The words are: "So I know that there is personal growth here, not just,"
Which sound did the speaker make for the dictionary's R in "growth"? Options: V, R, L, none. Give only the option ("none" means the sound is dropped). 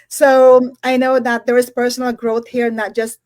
R